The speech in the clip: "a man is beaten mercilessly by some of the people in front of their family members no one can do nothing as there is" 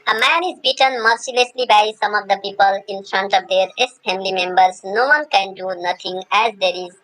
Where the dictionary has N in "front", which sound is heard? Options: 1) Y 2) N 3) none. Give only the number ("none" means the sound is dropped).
2